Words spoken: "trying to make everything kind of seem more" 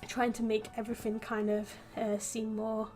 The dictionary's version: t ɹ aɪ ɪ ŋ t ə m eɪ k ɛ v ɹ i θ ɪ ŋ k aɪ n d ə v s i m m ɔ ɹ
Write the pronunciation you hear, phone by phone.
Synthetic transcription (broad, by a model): t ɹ aɪ ɪ ŋ t ə m eɪ k ɛ v ɹ i θ ɪ ŋ k aɪ n d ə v s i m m ɔ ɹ